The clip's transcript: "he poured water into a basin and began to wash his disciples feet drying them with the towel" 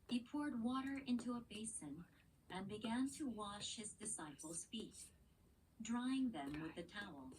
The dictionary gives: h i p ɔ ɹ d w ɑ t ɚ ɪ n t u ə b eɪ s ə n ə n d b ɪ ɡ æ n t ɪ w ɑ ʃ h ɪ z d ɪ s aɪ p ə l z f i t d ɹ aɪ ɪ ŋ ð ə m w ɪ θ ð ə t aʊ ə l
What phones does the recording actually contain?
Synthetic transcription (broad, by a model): h i p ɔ ɹ d w ɑ t ɚ ɪ n t u ə b eɪ s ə n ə n b ɪ ɡ æ n t ɪ w ɑ ʃ h ɪ z d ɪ s aɪ p l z f i t d ɹ aɪ ɪ ŋ ð ə m w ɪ ð ə t aʊ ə l